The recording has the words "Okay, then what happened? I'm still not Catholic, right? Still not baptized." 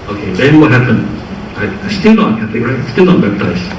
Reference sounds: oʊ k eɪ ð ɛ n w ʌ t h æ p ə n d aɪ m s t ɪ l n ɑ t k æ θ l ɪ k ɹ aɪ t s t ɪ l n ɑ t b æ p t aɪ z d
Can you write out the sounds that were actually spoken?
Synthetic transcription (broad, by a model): oʊ k eɪ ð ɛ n w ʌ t h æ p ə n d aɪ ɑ s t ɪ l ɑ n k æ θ ɪ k ɹ aɪ t s t ɪ l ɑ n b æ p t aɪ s